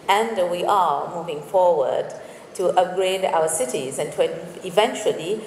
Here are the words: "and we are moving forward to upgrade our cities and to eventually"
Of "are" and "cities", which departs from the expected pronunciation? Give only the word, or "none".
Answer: none